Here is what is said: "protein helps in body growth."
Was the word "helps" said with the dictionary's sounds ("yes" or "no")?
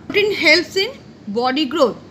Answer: no